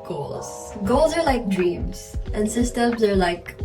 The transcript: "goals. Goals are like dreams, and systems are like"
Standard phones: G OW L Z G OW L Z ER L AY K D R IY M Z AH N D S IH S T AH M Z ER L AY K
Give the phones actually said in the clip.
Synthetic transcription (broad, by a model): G OW L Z G OW L Z ER L AY K D R IY M Z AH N S IH S T AH M Z ER L AY K